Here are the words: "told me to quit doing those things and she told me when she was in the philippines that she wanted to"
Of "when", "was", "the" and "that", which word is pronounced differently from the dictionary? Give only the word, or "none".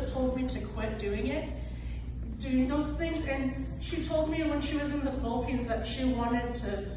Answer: none